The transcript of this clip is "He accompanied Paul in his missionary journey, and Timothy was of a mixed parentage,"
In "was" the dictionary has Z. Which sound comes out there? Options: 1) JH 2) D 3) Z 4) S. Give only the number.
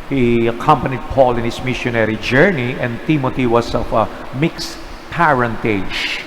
4